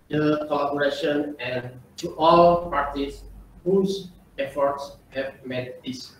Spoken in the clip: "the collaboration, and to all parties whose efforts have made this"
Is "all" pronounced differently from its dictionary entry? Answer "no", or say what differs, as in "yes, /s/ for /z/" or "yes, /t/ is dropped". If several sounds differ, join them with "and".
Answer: no